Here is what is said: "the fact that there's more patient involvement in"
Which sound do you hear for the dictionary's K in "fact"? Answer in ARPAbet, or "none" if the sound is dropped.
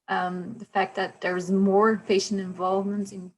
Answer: K